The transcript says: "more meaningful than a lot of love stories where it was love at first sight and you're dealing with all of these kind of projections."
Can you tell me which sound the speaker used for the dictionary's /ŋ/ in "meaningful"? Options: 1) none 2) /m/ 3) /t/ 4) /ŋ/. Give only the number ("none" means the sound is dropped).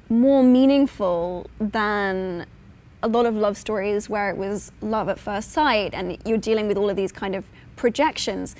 4